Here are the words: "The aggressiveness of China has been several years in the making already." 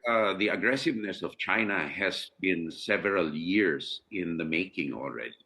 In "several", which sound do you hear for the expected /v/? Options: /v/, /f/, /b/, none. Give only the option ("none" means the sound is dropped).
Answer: /v/